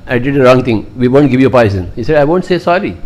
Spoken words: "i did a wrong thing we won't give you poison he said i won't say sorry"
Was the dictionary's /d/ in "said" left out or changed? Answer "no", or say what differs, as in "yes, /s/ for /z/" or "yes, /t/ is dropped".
no